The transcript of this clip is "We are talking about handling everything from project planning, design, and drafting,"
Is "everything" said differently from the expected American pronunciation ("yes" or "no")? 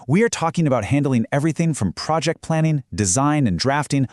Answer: no